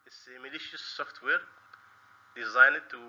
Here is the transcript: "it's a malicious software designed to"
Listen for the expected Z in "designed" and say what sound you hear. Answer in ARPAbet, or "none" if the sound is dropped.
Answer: Z